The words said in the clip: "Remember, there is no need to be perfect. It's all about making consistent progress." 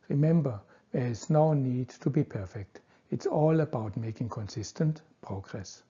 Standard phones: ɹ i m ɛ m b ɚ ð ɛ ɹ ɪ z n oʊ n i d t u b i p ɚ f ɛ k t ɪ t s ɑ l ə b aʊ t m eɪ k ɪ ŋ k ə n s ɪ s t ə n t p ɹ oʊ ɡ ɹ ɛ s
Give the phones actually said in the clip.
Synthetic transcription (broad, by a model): ɹ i m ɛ m b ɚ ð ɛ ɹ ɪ s n oʊ n i d t u b i p ɚ f ɛ k t ɪ t s ɑ l ə b aʊ t m eɪ k ɪ ŋ k ə n s ɪ s t ə n t p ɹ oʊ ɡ ɹ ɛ s